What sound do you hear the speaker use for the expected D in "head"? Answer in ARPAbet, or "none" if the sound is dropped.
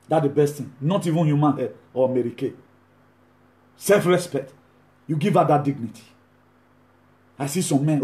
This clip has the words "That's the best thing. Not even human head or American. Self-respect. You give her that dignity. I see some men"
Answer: none